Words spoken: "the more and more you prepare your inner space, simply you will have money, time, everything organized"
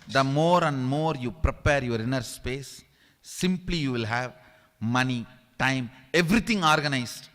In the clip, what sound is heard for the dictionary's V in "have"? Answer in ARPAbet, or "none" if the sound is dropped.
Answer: V